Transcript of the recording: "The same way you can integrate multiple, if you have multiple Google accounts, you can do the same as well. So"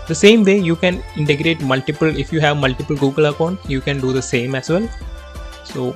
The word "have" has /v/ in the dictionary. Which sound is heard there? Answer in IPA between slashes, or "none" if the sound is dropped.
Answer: /v/